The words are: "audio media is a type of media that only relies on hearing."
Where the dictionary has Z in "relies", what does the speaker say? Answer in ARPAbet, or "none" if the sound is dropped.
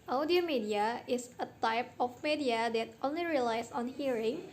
S